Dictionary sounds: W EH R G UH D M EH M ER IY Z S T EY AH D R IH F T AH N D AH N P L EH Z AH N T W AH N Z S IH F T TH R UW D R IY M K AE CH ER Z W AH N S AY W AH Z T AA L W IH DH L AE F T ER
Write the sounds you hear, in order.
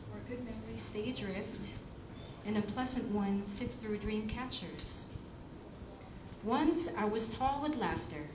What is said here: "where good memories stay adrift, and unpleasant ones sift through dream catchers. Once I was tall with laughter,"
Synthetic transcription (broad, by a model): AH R G UH D M EH M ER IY S T EY AH D R IH F T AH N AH P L EH Z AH N T W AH N S IH T TH R UW D R IY M K AE CH ER Z W AH N S AY W AH Z T AA L W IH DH L AE F T ER